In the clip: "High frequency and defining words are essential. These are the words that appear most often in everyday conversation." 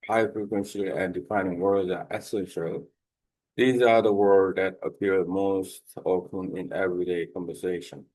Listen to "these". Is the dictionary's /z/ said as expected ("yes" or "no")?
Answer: yes